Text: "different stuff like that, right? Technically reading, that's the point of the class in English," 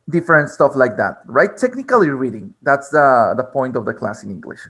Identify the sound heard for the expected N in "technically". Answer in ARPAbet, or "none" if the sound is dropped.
N